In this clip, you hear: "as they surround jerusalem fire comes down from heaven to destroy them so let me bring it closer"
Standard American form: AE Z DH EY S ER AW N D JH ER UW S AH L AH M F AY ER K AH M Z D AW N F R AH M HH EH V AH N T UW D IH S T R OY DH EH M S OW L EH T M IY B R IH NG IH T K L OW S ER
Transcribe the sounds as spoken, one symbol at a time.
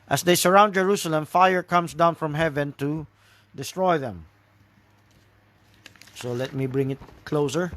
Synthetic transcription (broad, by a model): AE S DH EY S ER AW N D JH ER UW S AH L AH M F AY ER K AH M S D AW N F R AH M HH EH V AH N T UW D IH S T R OY DH EH M S OW L EH T M IY B R IH NG IH T K L OW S ER